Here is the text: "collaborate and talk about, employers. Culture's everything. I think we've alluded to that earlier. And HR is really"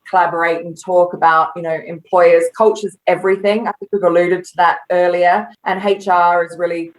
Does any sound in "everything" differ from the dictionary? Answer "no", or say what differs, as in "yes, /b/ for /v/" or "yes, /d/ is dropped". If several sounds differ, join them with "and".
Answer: no